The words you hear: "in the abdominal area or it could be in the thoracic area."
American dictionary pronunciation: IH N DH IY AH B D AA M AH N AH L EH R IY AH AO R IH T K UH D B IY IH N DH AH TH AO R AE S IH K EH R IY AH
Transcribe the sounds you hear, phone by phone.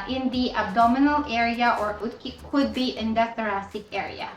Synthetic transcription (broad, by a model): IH N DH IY AH B D AA M AH N AH L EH R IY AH AO R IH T K UH D B IY IH N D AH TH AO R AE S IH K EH R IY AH